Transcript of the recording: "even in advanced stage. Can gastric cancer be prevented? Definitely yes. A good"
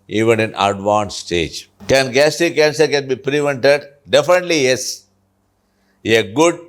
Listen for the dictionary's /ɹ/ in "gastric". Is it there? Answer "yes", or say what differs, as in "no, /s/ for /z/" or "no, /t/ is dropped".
no, /ɹ/ is dropped